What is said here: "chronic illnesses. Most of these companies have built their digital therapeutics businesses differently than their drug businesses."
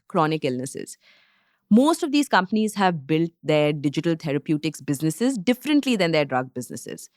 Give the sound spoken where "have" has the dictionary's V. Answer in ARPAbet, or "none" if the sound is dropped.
V